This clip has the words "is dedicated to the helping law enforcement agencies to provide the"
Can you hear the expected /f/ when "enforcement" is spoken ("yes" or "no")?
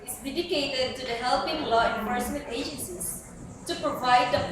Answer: no